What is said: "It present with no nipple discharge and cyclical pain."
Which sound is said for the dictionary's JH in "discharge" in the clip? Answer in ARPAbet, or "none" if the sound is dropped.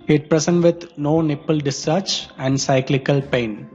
CH